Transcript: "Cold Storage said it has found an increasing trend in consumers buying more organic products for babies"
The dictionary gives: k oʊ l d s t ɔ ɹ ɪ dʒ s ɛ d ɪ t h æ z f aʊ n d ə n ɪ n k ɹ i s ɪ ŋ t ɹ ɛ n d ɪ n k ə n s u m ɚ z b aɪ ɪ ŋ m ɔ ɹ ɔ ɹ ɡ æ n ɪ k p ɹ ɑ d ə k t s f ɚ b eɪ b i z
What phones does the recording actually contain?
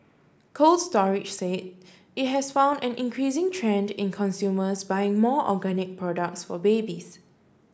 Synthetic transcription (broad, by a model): k oʊ l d s t ɔ ɹ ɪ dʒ s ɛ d ɪ t h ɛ s f aʊ n d ə n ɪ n k ɹ i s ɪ ŋ t ɹ ɛ n d ɪ n k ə n s u m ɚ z b aɪ ɪ ŋ m ɔ ɔ ɡ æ n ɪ k p ɹ ɑ d ə k t s f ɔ b eɪ b i s